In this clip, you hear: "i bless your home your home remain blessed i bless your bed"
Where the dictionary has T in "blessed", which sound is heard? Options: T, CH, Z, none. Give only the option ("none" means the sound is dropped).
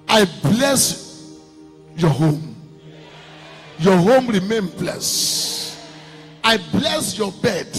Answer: none